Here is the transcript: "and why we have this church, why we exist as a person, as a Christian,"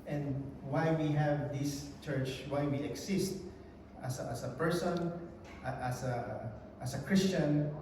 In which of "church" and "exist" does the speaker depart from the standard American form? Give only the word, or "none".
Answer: exist